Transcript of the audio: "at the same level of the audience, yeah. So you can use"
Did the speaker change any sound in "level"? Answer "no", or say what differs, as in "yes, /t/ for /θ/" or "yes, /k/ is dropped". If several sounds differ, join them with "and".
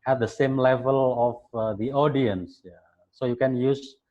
no